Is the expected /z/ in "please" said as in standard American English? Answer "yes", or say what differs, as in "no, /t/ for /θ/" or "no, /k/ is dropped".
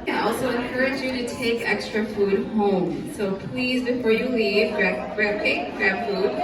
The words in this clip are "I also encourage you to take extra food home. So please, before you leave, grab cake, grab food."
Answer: yes